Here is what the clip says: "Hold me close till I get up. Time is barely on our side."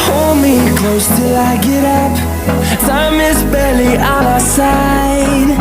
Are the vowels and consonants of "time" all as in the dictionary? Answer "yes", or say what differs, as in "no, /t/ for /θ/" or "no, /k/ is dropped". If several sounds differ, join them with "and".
no, /s/ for /t/